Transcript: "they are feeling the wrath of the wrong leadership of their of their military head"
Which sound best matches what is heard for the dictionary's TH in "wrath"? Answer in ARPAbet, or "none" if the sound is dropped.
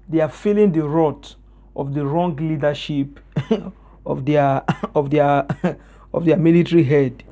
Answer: T